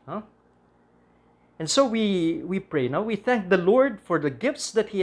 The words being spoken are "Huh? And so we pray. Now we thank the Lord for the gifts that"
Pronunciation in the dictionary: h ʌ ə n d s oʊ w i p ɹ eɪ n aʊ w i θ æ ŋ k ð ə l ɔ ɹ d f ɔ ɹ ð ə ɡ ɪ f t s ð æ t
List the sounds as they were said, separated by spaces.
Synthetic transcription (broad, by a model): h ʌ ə n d s oʊ w i p ɹ eɪ n aʊ w i θ æ ŋ k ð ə l ɔ ɹ d f ɔ ɹ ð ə ɡ ɪ f t s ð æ t